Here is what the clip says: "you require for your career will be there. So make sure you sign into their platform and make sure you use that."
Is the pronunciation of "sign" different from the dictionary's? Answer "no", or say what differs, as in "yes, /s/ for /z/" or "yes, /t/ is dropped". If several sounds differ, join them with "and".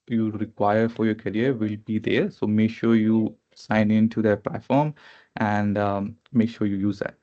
no